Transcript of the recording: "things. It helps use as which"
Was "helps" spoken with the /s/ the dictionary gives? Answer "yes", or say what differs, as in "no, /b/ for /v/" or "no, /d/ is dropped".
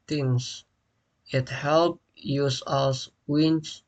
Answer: no, /s/ is dropped